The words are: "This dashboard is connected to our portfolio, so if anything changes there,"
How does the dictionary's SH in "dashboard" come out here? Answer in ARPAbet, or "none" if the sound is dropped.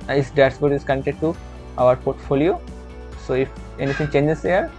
S